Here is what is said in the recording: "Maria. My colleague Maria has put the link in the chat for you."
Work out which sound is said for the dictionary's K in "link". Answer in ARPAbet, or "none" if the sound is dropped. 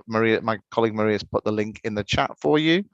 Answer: K